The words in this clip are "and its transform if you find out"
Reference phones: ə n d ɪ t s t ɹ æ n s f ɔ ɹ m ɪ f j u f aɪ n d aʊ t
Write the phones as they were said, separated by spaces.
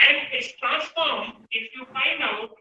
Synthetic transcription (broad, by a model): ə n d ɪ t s t ɹ æ n s f ɔ ɹ m ɪ f j u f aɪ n aʊ